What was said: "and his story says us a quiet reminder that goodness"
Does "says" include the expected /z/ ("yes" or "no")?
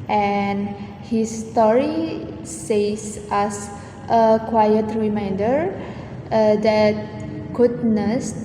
no